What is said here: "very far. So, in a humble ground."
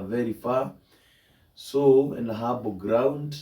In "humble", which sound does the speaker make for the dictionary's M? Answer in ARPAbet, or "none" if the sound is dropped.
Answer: none